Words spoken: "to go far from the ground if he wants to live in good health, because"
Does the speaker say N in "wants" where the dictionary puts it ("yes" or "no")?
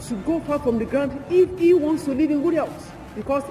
yes